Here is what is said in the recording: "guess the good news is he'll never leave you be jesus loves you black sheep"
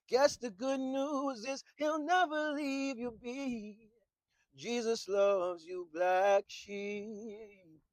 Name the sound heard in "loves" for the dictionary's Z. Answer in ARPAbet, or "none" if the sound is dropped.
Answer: Z